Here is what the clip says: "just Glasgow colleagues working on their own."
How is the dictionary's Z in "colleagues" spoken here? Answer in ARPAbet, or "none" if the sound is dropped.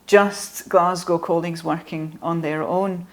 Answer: Z